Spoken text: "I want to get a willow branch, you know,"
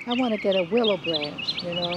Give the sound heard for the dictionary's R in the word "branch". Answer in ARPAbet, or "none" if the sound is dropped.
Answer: R